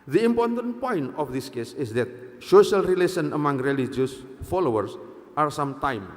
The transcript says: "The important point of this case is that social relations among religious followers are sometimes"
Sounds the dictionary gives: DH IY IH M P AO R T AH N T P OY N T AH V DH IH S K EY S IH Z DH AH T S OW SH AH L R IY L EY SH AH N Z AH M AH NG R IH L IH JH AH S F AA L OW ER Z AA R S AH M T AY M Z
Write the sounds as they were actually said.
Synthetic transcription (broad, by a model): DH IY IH M P AO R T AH N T P OY N T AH F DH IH S K EY S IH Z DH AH T S OW SH AH L R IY L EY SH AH N AH M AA NG R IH L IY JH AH S F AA L OW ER S AA R S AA M T AY M